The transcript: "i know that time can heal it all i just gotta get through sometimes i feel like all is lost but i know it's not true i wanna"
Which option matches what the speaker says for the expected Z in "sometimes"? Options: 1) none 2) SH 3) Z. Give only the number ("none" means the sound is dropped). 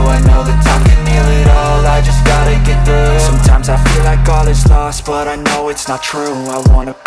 3